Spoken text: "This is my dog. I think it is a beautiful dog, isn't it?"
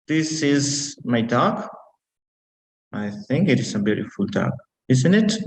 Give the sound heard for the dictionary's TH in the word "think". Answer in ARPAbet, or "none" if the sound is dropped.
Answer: TH